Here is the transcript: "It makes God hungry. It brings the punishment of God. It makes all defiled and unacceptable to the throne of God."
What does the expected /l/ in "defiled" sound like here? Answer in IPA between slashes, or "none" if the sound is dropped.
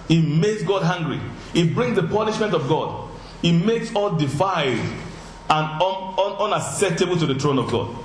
none